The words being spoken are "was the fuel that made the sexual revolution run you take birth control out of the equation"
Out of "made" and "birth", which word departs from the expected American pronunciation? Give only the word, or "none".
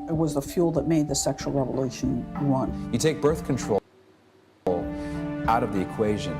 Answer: none